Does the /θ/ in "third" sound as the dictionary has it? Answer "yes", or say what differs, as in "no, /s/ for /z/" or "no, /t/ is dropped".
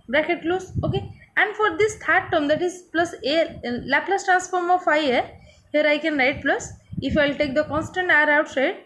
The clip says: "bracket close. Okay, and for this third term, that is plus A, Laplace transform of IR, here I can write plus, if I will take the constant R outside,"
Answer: no, /t/ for /θ/